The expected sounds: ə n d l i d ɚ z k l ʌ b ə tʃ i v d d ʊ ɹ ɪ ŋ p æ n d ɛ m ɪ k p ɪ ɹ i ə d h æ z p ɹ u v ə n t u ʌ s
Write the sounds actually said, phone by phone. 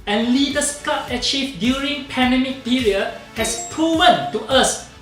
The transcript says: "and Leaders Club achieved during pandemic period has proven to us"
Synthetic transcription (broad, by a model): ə n l i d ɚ s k ɑ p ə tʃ i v d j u ɹ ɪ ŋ p æ n d ɛ m ɪ k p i ɹ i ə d h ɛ s p ɹ u v ə n t u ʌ s